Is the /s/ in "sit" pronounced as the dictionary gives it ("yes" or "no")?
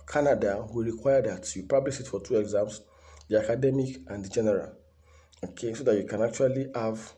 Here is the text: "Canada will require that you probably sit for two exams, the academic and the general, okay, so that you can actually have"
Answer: no